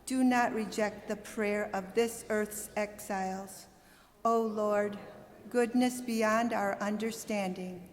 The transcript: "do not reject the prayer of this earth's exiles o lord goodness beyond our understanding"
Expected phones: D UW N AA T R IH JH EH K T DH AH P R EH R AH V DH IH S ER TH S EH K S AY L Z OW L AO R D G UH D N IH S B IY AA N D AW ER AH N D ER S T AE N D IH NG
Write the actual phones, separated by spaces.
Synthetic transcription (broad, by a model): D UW N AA T R IH JH EH K T DH AH P R EH R AH V DH IH S ER TH S EH K S AY L Z OW L AO R D G UH D N IH S B IY AA N D AW ER AH N D ER S T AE N D IH NG